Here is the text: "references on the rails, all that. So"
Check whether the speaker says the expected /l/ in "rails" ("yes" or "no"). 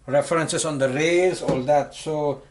no